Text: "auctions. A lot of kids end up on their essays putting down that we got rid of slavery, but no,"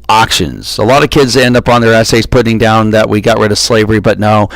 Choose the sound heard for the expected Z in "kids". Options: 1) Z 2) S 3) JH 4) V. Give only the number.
1